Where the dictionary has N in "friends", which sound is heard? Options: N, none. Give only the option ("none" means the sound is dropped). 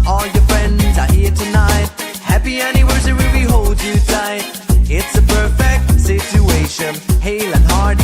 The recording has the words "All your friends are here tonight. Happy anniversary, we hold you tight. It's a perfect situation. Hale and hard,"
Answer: N